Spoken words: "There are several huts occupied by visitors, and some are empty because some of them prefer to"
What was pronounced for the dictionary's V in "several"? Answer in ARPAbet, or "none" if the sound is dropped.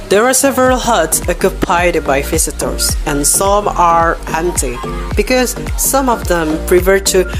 V